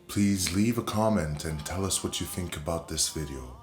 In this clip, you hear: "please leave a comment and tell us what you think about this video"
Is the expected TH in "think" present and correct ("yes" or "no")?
yes